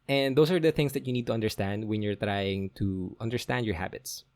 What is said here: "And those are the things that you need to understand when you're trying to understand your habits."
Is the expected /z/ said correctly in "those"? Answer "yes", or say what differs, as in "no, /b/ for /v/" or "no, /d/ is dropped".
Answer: no, /s/ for /z/